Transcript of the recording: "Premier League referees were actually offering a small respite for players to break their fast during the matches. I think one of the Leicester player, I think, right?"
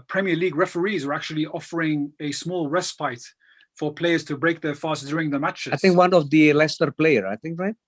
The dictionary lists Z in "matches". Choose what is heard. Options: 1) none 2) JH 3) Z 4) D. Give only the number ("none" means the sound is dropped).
1